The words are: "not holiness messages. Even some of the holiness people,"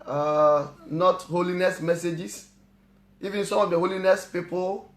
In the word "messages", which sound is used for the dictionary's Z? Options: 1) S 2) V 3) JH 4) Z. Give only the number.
1